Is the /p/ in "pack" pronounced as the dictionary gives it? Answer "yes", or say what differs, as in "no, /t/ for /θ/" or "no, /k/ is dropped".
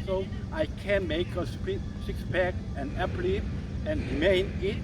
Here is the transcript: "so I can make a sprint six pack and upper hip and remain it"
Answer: no, /b/ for /p/